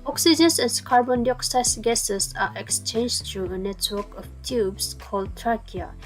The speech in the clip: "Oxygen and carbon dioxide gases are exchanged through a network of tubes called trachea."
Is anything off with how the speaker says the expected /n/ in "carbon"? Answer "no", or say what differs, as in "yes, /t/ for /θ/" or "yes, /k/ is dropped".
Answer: no